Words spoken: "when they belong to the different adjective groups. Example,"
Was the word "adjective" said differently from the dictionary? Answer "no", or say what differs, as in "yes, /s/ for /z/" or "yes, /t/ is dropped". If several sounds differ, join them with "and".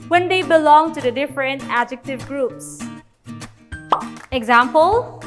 no